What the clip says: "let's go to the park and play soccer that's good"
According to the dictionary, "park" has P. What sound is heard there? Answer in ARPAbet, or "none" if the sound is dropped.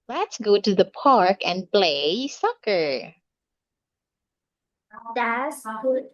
P